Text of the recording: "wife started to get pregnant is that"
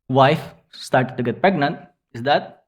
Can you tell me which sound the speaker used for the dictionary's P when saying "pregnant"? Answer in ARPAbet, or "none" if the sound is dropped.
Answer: P